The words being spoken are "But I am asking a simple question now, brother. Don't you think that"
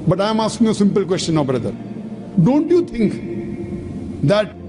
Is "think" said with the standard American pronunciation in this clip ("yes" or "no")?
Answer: no